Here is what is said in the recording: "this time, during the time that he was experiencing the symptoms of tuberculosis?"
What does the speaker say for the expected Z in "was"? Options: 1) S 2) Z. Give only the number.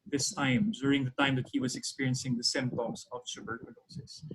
2